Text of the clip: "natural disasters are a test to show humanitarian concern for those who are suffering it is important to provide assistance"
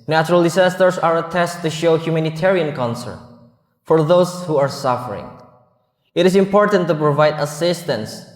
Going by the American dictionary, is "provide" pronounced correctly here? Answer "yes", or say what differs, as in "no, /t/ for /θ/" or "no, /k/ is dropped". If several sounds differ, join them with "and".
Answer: yes